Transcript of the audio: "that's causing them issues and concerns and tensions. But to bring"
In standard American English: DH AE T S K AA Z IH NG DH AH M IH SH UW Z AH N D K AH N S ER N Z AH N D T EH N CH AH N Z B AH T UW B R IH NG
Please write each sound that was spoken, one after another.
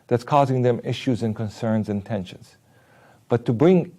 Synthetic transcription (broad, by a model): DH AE T S K AA Z IH NG DH AH M IH SH UW Z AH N K AH N S ER N Z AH N T EH N SH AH N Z B AH T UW B R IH NG